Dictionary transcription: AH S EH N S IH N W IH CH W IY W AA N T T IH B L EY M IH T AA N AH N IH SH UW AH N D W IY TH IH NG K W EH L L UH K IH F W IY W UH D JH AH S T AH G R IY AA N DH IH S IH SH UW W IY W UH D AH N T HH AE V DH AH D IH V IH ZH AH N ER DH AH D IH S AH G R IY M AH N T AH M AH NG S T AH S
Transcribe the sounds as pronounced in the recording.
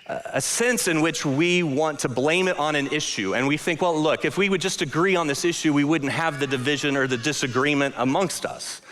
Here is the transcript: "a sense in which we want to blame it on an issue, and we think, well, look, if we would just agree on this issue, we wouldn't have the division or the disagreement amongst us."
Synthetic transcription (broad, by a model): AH S EH N S IH N W IH CH W IY W AA N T T IH B L EY M IH T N AH N IH SH UW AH N W IY TH IH NG K W EH L L UH K IH F W IY W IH D JH AH S T AH G R IY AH N DH IH S IH SH UW W IY W UH D N T HH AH V DH AH D IH V IH ZH AH N ER DH AH D IH S AH G R IY M AH N T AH M AH NG S T AH S